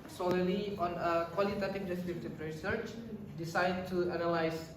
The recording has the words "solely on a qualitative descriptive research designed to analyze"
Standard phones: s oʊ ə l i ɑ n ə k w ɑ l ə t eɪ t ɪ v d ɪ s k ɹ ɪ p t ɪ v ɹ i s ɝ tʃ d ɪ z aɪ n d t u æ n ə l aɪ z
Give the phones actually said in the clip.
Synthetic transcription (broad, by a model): s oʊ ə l i ɑ n ə k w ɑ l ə t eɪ t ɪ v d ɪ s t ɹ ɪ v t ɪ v ɹ i s ɝ tʃ d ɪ s aɪ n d t u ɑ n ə l aɪ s